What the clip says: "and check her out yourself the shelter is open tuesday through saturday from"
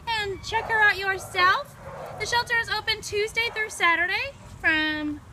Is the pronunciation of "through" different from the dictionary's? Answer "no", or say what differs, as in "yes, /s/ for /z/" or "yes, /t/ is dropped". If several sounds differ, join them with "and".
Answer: no